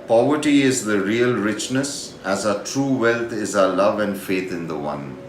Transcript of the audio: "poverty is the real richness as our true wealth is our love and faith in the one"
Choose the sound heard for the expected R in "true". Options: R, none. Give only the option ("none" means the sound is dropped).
R